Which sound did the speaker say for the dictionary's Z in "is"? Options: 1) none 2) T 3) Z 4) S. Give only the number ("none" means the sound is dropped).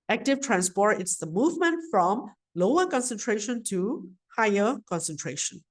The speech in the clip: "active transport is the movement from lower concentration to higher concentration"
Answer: 4